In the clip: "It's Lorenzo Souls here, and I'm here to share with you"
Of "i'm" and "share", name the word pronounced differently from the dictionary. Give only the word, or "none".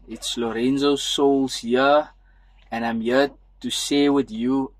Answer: share